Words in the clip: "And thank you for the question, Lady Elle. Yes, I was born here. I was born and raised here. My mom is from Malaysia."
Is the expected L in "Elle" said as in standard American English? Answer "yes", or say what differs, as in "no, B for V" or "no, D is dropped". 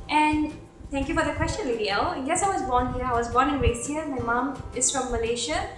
no, N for L